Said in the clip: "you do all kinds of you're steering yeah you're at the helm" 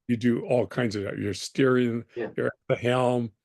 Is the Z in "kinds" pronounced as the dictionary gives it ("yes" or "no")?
yes